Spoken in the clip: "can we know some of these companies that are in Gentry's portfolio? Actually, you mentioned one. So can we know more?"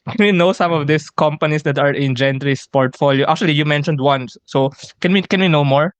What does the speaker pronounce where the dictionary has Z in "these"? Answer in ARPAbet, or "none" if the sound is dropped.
S